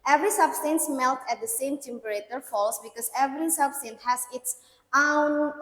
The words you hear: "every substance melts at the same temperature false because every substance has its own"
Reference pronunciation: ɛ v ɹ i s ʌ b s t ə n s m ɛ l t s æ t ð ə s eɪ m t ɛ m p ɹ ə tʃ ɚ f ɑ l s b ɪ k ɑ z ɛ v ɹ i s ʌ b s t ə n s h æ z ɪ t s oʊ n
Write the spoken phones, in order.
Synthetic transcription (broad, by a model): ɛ v ɹ i s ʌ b s t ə n s m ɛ l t æ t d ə s eɪ m t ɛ m p ɹ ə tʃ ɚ f ɑ l s b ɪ k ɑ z ɛ v ɹ i s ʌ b s t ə n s h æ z ɪ t s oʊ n